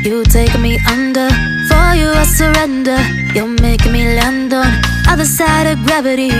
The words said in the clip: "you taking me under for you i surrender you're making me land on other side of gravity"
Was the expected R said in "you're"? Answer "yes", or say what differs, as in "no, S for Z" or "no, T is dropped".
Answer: no, L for R